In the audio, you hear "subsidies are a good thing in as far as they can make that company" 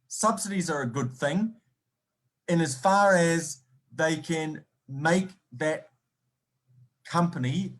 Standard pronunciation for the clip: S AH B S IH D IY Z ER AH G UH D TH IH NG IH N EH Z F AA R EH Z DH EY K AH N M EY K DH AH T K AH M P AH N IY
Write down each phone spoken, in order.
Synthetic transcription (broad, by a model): S AH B S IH D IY Z ER AH G UH D TH IH NG IH N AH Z F AA R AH Z DH EY K AH N M EY K DH AH T K AH M P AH N IY